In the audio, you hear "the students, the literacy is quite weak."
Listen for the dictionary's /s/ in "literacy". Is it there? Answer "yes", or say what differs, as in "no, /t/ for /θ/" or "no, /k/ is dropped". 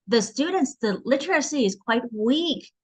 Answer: yes